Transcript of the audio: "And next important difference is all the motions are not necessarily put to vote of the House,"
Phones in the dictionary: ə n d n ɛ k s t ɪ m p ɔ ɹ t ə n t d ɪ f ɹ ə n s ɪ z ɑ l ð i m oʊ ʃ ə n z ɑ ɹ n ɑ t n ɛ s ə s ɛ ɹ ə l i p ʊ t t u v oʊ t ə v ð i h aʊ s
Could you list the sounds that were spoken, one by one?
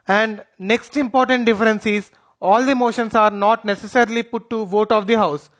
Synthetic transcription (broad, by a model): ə n d n ɛ k s t ɪ m p ɔ ɹ t ə n t d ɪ f ɹ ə n s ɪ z ɑ l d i m oʊ ʃ ə n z ɑ ɹ n ɑ t n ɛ s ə s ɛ ɹ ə l i p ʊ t t u v oʊ t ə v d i h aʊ s